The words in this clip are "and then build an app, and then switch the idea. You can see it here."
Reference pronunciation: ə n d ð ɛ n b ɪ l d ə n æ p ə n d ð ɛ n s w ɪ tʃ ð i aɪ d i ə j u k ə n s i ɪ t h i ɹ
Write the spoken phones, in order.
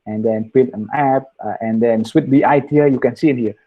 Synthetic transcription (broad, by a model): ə n d ɛ n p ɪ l ə n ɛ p ə n d ɛ n s w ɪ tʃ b i aɪ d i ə j u k ə n s i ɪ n h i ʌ